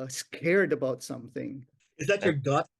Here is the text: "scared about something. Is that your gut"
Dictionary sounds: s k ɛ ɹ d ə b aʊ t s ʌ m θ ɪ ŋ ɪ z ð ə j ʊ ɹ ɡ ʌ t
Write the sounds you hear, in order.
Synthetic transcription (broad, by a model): s k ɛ ɹ d ə b aʊ t s ʌ m θ ɪ ŋ ɪ z ð ə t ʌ ɹ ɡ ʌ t